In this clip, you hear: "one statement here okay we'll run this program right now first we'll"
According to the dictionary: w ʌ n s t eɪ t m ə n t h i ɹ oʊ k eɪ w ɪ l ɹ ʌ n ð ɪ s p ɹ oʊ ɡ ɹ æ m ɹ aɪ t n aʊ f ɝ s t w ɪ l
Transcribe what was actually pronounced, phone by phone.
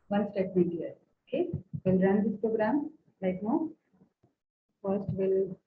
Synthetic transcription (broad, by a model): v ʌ n s t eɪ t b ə t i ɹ oʊ k eɪ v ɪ l ɹ ʌ n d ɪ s p ɹ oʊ ɡ ɹ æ m l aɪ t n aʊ f ɝ s t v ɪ l